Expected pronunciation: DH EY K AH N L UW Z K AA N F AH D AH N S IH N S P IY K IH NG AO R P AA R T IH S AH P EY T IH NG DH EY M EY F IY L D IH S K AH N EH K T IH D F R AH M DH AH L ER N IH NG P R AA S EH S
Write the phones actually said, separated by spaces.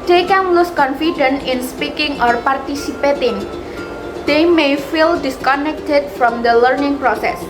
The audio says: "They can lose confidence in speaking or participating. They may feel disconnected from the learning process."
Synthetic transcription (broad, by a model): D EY K AH N L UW S K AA N F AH D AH N IH N S P IY K IH NG AO R P AA R T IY S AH P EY T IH NG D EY M EY F IY L D IH S K AH N EH K T IH D F R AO M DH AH L ER N IH NG P R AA S EH S